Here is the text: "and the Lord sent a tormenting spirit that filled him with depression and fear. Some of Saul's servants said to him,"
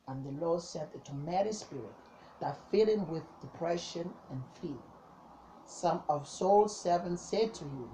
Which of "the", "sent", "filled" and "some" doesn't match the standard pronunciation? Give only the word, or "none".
filled